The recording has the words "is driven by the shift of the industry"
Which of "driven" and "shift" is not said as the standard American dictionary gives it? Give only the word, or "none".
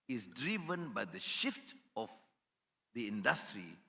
none